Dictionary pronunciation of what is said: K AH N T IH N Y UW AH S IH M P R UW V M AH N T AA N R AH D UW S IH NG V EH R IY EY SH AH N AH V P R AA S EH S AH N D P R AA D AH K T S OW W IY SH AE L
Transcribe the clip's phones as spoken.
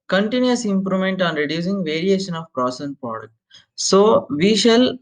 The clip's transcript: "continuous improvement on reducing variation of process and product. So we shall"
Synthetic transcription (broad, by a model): K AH N T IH N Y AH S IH M P R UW M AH N T AA N R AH D UW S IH NG V EH R IY EY SH AH N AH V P R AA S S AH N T P R AA D AH K T S OW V IY SH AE L